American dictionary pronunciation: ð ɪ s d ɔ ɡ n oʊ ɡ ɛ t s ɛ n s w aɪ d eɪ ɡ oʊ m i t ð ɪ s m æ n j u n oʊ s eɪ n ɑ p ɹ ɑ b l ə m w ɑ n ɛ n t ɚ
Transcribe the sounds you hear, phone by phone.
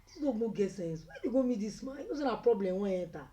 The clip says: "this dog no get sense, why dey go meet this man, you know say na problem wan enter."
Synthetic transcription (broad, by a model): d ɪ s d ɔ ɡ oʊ ɡ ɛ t s ɛ n s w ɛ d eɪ ɡ oʊ m i t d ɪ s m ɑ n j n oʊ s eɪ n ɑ p ɹ ɑ b l ə m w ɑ ɛ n t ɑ